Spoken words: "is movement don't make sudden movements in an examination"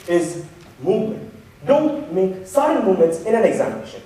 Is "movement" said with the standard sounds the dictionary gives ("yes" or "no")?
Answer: yes